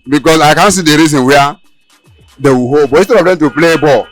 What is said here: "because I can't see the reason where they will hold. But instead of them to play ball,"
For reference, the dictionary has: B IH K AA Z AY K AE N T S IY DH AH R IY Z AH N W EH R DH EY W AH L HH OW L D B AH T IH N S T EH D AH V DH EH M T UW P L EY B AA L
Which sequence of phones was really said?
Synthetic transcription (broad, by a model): B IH K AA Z AY K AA N S IY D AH R IY Z AH N W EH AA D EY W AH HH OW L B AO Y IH S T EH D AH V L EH T UW P L EY B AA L